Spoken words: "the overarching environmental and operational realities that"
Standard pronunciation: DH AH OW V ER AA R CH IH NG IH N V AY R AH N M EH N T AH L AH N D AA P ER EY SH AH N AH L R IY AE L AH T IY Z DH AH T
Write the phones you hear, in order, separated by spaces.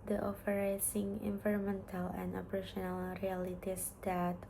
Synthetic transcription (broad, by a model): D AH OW F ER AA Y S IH NG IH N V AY R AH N M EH N T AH L AH N D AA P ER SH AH N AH L R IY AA L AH T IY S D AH T